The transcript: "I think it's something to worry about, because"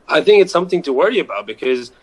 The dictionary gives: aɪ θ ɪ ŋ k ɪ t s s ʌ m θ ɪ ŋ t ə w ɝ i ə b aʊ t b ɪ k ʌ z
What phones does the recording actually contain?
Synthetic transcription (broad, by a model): aɪ θ ɪ ŋ k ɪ t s s ʌ m θ ɪ ŋ t ə w ɝ i ə b aʊ t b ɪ k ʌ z